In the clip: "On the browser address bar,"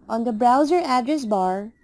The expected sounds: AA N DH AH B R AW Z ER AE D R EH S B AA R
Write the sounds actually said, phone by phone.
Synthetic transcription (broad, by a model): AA N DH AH B R AW Z ER AE D R EH S B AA R